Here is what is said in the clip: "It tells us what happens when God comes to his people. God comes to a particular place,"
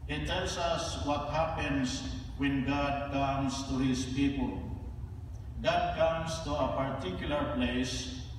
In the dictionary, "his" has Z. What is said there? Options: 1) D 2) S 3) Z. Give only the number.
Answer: 2